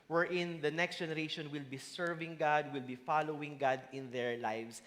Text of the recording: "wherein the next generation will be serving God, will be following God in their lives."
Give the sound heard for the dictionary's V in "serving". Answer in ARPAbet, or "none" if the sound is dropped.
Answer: V